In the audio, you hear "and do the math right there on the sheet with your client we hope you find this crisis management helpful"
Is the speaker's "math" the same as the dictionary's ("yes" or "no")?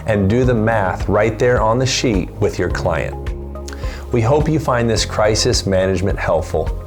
yes